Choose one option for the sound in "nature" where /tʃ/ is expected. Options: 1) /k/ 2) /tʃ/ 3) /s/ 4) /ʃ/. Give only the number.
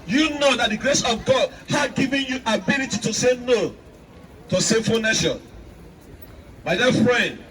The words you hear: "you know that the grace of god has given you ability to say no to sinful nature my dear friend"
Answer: 4